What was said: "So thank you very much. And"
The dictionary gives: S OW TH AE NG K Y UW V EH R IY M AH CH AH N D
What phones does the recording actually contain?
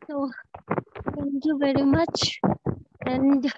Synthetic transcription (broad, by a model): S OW T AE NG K Y UW V EH R IY M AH CH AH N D